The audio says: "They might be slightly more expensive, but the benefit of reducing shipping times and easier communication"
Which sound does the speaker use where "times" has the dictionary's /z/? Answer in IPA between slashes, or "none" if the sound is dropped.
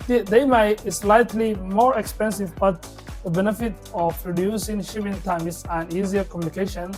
/s/